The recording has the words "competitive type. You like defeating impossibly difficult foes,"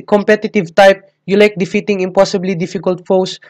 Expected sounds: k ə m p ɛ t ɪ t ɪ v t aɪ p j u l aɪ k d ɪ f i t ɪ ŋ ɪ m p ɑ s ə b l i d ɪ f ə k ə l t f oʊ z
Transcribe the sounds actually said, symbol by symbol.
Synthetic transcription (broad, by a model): k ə m p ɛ t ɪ t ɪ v t aɪ p j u l aɪ k d ɪ f i t ɪ ŋ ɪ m p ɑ s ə b l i d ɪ f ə k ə l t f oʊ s